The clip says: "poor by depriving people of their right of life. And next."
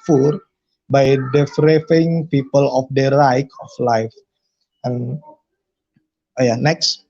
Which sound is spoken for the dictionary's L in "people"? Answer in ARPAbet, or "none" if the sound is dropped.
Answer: L